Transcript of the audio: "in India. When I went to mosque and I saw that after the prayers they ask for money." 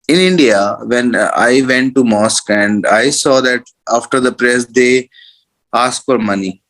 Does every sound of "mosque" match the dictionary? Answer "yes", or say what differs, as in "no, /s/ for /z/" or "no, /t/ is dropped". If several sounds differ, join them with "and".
yes